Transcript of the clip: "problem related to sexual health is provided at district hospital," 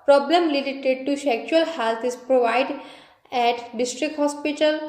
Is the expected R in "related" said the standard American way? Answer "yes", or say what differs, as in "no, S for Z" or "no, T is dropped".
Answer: no, L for R